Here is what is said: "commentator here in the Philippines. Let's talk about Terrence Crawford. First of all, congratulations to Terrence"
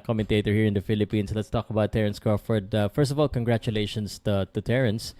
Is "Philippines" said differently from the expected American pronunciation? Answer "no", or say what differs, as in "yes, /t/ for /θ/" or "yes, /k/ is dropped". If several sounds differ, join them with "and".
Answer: yes, /s/ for /z/